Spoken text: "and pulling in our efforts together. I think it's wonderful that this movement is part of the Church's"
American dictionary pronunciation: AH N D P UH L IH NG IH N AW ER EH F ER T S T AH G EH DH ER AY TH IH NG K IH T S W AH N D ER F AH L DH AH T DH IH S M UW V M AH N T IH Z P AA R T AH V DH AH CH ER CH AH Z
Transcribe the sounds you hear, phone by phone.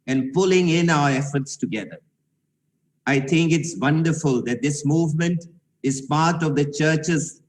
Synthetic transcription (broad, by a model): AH N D P UH L IH NG IH N AW ER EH F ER T S T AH G EH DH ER AY T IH NG K IH T S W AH N D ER F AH L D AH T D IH S M UW V M AH N T IH Z P AA R T AH V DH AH CH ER CH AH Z